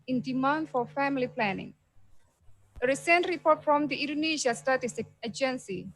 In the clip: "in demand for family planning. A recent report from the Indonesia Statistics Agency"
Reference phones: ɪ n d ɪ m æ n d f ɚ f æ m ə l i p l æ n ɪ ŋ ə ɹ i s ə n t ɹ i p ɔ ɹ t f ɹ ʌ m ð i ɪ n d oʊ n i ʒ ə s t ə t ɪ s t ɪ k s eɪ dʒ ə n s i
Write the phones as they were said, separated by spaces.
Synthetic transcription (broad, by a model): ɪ n d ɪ m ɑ n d f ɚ f æ m ə l i p l æ n ɪ ŋ ə ɹ i s ə n t ɹ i p ɔ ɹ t f ɹ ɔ m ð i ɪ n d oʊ n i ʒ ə s t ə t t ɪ s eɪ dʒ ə n s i